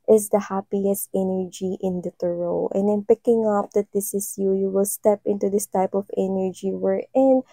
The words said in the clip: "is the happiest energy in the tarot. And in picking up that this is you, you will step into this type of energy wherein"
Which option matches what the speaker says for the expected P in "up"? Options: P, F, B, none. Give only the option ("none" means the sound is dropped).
P